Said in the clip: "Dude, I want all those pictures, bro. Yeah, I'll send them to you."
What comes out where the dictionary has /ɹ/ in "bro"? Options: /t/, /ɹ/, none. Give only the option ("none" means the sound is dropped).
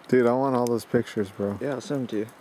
/ɹ/